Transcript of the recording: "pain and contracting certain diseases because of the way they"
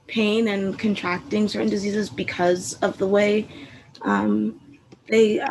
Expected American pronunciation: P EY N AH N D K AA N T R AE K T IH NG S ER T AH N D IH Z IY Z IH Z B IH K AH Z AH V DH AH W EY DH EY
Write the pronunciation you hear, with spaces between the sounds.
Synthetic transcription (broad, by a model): P EY N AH N K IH N T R AE K T IH NG S ER T N D IH Z IY Z IH Z B IH K AH Z AH V DH AH W EY DH EY